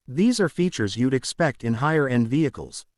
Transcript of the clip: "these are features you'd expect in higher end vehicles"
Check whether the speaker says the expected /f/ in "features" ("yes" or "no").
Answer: yes